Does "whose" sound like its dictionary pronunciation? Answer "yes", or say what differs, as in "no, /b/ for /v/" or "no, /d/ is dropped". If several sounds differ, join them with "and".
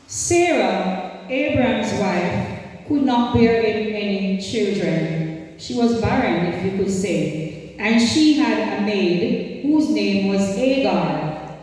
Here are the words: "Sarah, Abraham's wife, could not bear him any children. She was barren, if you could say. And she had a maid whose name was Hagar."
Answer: yes